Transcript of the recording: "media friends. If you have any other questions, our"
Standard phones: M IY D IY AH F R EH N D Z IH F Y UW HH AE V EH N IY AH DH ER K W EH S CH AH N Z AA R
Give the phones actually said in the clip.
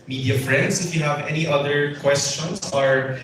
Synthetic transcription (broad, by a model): M IY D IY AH F R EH N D S IH F Y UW HH AE V EH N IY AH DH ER K W EH S CH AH N S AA R